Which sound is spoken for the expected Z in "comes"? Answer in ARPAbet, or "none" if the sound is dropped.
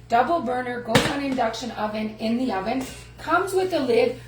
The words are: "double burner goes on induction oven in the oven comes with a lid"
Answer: Z